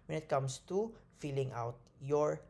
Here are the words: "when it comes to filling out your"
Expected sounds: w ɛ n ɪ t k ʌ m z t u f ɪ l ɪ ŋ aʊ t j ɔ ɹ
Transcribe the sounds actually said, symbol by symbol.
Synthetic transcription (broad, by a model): w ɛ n ɪ t k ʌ m s t u f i l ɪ ŋ aʊ t j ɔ ɹ